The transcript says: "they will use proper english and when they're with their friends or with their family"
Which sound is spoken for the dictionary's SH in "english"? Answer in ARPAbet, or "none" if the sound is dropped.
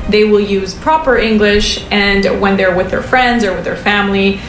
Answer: SH